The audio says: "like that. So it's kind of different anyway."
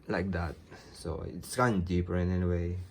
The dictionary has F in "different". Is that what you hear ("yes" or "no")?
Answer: no